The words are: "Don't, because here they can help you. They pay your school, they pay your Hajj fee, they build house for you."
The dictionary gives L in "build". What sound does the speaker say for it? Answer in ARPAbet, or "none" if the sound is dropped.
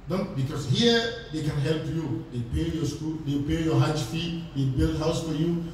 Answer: L